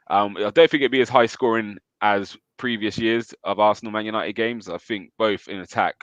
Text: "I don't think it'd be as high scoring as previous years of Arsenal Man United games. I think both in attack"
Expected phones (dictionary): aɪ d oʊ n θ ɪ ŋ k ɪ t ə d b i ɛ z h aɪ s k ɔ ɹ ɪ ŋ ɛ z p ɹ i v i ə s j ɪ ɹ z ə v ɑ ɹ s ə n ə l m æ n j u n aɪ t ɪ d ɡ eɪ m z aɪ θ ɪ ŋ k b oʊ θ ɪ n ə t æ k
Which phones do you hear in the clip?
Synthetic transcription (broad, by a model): aɪ d oʊ n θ ɪ ŋ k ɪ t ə b i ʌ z h aɪ s k ɔ ɹ ɪ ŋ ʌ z p ɹ i v i ə s j ɪ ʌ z ə v ɑ s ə n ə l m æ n j u n aɪ t ɪ d ɡ eɪ m z aɪ θ ɪ ŋ k b oʊ θ ɪ n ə t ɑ k